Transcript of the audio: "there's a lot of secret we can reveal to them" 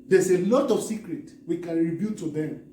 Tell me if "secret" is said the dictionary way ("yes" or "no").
yes